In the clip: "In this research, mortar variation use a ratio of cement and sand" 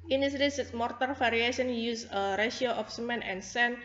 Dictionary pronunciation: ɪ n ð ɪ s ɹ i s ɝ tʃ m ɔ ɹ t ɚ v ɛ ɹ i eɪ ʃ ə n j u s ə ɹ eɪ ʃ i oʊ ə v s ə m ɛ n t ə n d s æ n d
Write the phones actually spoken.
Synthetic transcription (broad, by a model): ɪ n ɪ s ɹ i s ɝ s m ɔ ɹ t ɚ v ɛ ɹ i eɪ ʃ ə n j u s ə ɹ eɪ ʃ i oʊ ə f s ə m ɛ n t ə n s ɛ n